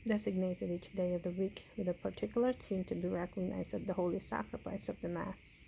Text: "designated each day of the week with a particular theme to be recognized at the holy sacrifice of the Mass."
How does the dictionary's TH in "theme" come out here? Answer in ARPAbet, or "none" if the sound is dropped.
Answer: S